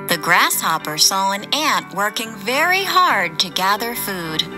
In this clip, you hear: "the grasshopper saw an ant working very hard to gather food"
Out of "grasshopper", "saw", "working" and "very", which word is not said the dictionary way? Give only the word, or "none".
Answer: none